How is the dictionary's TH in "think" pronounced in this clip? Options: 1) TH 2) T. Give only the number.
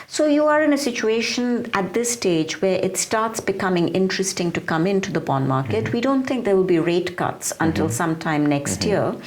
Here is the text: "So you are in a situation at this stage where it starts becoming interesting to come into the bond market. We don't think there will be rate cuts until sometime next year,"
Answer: 2